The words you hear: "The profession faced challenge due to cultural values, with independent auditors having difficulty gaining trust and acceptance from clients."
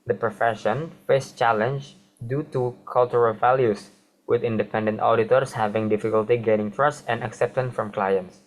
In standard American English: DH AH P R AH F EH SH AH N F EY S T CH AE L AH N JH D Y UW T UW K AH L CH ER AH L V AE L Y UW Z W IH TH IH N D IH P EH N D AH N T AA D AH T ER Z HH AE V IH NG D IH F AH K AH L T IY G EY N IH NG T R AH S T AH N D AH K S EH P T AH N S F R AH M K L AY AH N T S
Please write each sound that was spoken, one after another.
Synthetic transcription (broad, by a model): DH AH P R AH F EH SH AH N F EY S CH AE L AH N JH D Y UW T UW K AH L CH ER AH L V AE L Y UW S W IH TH IH N D IH P EH N D AH N T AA D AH T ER S HH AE V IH NG D IH F AH K AH L T IY G EY N IH NG T R AH S T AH N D AH K S EH P T AH N S F R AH M K L AY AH N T S